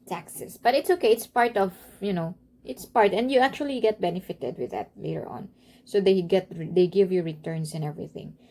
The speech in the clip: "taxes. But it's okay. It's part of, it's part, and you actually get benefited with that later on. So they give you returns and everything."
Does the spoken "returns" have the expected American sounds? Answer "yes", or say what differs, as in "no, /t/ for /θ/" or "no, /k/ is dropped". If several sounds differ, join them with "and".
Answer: no, /s/ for /z/